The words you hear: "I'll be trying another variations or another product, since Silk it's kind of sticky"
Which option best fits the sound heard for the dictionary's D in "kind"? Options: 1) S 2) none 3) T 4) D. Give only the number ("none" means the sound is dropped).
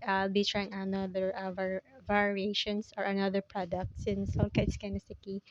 2